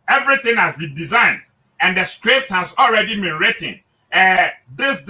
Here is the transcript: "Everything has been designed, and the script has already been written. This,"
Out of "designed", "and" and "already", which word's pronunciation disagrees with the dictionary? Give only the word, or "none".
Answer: none